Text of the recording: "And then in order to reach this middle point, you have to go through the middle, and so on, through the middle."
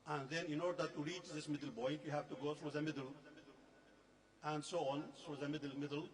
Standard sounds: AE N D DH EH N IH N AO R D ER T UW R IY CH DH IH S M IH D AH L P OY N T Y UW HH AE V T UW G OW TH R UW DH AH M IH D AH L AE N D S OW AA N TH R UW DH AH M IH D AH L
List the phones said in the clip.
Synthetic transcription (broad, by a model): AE N D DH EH N IH N AO R D ER T UW R IY CH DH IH S M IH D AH L B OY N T Y UW HH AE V T UW G OW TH R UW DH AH M IH D AH L AE N D S OW AA N T R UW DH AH M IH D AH L